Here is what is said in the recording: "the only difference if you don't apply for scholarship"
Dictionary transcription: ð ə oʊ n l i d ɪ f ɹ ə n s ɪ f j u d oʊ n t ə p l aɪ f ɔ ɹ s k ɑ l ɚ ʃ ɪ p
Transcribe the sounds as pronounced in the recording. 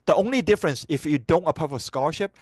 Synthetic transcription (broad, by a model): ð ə oʊ n l i d ɪ f ɹ ə n s ɪ f j u d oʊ n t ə p aɪ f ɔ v s k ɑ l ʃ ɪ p